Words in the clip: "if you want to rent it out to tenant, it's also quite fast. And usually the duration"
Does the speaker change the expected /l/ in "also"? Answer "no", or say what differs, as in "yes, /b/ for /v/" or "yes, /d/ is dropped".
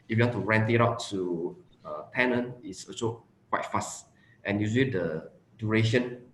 yes, /l/ is dropped